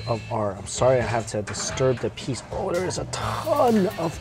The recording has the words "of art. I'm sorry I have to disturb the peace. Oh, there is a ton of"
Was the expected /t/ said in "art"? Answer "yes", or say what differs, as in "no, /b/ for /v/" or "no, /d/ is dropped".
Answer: no, /t/ is dropped